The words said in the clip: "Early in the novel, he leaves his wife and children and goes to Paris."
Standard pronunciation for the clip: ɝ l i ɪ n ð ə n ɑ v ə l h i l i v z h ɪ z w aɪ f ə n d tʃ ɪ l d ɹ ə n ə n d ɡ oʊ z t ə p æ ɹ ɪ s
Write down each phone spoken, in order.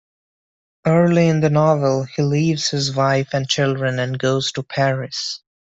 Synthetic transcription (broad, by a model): ɝ l i ɪ n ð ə n ɑ v ə l h i l i v z h ɪ z w aɪ f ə n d tʃ ɪ l d ɹ ə n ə n ɡ oʊ z t ə p æ ɹ ɪ s